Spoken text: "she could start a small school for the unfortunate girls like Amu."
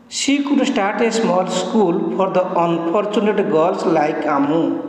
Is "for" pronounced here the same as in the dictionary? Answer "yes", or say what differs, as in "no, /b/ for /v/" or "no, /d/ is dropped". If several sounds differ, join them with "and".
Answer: no, /p/ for /f/